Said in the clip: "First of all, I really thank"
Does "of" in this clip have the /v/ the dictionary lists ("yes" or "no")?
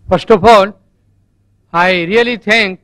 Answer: no